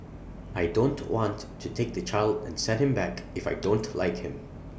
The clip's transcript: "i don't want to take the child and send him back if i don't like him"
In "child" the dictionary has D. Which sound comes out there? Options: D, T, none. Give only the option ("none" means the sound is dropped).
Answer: D